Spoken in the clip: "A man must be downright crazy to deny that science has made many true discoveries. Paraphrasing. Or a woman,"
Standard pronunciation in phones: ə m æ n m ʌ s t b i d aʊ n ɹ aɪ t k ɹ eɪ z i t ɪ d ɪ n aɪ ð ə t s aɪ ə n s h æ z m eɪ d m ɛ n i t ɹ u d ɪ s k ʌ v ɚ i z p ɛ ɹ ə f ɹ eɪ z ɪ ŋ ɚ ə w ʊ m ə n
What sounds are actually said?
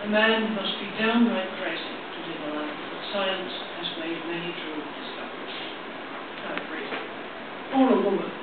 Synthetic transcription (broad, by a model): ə m æ n m ʌ s t b i d aʊ n ɹ aɪ t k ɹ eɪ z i t ɪ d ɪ l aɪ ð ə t s aɪ ə n s h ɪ z m eɪ d m ɛ n i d ɹ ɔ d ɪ s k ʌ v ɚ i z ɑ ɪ ə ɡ ɹ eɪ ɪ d ɚ ə w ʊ m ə n